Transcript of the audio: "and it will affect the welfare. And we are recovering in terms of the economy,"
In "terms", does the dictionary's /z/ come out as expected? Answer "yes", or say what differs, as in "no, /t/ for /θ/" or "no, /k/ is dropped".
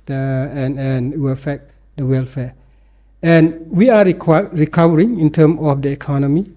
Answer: no, /z/ is dropped